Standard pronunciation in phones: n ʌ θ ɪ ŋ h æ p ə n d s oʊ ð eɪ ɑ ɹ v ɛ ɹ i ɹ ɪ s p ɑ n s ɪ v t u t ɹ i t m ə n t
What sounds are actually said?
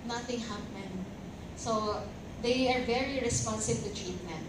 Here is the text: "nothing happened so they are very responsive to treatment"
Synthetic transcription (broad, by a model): n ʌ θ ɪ ŋ h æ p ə n d s oʊ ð eɪ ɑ ɹ v ɛ ɹ i ɹ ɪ s p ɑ n s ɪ b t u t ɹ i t m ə n